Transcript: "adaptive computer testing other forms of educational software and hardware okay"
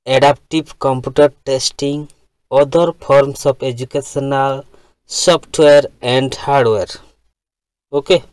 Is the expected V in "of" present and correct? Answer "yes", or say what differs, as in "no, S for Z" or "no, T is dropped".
no, P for V